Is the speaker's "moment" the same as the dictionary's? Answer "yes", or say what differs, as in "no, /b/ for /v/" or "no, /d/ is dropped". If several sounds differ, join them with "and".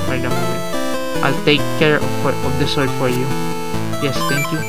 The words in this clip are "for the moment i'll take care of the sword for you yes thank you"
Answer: no, /n/ is dropped